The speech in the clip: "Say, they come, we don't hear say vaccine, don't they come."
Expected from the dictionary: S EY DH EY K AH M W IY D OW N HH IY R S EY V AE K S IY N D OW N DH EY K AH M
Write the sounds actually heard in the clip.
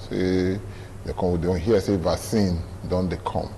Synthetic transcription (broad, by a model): S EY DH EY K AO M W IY D OW N HH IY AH S EY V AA S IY N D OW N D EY K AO M